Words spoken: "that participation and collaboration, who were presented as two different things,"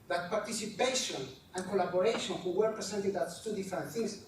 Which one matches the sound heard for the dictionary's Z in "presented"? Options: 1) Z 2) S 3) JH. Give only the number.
2